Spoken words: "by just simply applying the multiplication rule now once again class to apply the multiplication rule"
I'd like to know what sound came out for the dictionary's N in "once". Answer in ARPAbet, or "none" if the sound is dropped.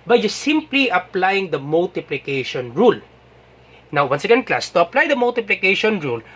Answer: N